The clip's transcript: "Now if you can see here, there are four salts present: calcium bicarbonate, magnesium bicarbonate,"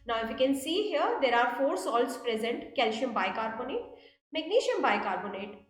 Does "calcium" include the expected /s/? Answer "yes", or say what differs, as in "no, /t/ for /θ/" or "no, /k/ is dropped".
no, /ʃ/ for /s/